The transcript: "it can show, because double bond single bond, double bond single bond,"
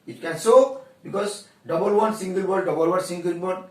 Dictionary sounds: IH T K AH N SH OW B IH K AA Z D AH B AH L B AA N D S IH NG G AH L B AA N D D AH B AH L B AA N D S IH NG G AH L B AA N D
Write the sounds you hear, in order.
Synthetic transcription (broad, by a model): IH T K AH N S OW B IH K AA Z D AH B AH L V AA N S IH NG G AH L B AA D D AH B AH L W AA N S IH NG G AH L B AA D